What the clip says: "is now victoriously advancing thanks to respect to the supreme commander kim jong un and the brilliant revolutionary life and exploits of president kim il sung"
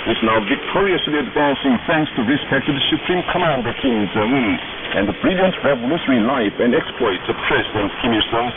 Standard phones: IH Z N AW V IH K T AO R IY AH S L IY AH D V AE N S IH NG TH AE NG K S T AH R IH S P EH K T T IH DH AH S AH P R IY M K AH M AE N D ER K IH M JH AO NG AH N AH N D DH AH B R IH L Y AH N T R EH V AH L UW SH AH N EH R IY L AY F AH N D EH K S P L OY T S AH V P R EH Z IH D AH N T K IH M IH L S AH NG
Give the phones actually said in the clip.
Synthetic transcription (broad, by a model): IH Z N AW V IH K T AO R IY AH S L IY AH D V AE N S IH NG TH AE NG K S T AH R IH S P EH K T T IH DH AH S AH P R IY M K AH M AE N D ER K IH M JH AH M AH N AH N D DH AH B R IH L Y AH N T R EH V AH L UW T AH R IY L AY F AH N D EH K S P L OY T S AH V P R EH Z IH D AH N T K IH M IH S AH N